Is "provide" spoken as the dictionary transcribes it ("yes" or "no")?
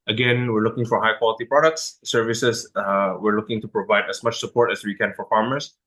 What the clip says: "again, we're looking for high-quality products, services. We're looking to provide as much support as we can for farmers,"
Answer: yes